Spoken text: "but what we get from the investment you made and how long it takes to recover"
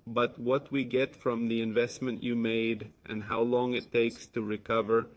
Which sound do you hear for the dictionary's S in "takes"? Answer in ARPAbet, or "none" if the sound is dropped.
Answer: S